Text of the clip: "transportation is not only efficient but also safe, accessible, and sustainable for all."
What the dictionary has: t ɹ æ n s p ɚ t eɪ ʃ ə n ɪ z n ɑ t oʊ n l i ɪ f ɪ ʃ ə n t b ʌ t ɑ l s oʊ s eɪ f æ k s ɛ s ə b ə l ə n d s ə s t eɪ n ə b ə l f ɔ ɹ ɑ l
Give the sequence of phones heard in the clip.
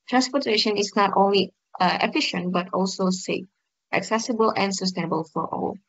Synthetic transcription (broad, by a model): t ɹ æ n s p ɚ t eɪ ʃ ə n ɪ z n ɑ t oʊ n l i ɪ f ɪ ʃ ə n t b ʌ t ɑ l s oʊ s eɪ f æ k s ɛ s ə b ə l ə n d s ə s t eɪ n ə b ə l f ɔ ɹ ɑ l